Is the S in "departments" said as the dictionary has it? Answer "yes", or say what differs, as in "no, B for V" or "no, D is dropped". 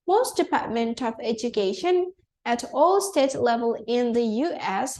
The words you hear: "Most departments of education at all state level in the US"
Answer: no, S is dropped